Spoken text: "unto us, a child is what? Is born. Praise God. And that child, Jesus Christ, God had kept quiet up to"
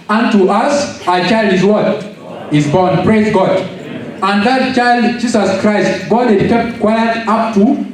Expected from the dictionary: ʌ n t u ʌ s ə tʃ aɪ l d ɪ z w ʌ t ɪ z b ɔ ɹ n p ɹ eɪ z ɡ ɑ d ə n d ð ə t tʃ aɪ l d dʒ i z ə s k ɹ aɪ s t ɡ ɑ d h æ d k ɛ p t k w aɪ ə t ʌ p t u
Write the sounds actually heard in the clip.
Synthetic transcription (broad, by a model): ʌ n t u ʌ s ə tʃ aɪ l d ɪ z w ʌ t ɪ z b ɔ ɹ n p ɹ eɪ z ɡ ɑ d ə n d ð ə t tʃ aɪ l d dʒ i s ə s k ɹ aɪ s t ɡ ɑ d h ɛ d k ɛ p t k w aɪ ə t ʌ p t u